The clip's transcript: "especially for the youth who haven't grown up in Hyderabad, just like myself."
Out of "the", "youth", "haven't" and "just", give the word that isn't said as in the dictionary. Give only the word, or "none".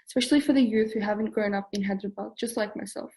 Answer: none